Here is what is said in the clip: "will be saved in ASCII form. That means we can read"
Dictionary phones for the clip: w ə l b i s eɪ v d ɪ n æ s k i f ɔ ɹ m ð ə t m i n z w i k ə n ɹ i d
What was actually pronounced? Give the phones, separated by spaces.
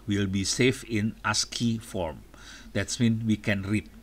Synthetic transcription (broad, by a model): w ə l b i s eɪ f ɪ n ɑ s k i f ɔ ɹ m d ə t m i n w i k ə n ɹ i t